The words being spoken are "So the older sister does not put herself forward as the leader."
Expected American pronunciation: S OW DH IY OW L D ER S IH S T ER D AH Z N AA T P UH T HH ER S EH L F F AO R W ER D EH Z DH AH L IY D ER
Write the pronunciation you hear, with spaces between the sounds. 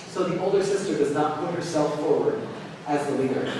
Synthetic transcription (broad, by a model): S OW DH IY OW L D ER S IH S T ER D AH Z N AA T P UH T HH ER S EH L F F AO R W ER D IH Z DH AH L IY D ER